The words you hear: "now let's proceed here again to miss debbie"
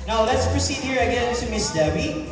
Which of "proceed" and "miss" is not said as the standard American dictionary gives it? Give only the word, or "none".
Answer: none